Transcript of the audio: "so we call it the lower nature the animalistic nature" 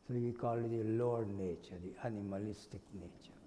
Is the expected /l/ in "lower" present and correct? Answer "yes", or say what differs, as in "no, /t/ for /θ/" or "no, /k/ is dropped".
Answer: yes